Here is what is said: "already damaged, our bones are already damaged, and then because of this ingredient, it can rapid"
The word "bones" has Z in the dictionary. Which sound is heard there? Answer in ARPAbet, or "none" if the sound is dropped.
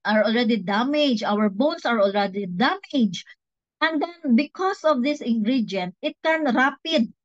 S